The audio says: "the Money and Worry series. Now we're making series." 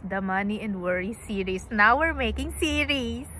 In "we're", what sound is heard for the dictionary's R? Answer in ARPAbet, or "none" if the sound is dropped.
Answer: R